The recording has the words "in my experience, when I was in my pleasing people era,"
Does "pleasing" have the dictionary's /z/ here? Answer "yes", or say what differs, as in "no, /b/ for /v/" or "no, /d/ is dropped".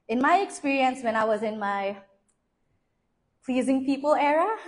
yes